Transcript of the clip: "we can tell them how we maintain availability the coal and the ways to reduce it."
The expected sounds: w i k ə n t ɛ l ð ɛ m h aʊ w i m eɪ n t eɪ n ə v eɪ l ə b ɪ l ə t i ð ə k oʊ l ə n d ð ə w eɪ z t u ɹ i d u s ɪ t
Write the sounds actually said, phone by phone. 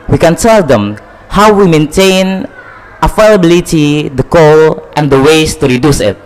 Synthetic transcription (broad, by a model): w i k ə n t ɛ l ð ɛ m h aʊ w i m eɪ n t eɪ n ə f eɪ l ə b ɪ l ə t i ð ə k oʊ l ə n d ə w eɪ s t u ɹ i d u s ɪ t